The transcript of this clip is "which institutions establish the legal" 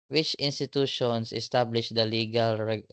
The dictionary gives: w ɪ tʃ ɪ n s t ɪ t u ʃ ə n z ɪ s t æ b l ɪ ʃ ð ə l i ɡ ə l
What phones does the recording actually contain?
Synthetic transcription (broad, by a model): w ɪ tʃ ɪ n s t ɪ t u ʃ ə n s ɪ s t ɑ b l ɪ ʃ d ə l i ɡ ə l